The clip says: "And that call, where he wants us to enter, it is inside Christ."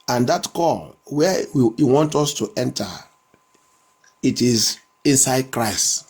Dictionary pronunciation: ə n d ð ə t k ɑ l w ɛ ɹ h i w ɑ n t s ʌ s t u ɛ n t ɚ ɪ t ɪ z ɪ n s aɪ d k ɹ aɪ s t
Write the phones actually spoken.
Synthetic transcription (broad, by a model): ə n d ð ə t k ɑ l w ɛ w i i w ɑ n t ɔ s t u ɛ n t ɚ ɪ t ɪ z ɪ n s aɪ d k ɹ aɪ s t